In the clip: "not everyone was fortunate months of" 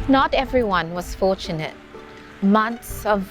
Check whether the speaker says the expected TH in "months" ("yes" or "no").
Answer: no